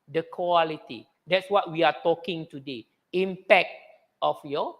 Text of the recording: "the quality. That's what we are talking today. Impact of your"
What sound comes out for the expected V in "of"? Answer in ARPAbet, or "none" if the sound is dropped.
F